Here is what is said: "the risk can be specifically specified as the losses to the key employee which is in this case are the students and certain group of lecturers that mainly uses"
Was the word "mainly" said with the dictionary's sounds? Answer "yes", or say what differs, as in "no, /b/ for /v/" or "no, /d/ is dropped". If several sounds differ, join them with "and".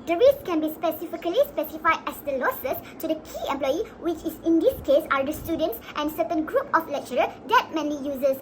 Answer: no, /l/ is dropped